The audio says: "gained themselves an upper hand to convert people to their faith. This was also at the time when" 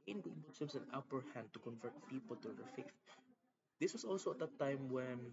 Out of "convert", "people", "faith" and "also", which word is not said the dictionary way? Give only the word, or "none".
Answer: none